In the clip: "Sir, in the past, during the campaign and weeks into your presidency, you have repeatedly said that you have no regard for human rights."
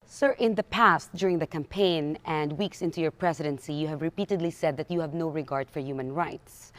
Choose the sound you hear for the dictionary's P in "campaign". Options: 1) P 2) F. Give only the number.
1